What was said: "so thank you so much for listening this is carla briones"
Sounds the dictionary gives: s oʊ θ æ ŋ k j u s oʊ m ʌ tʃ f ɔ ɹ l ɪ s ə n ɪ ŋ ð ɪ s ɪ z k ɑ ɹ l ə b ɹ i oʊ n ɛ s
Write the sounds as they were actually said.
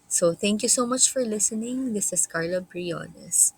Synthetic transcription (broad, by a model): s oʊ θ æ ŋ k j u s oʊ m ʌ tʃ f ɔ ɹ l ɪ s ə n ɪ ŋ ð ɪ s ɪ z k ɑ ɹ l ə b ɹ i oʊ n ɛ s